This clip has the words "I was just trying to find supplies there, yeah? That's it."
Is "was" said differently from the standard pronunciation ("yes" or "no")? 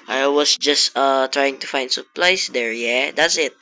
yes